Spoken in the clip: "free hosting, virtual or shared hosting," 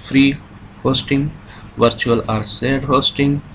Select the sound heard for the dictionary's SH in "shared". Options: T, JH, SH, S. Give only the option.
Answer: S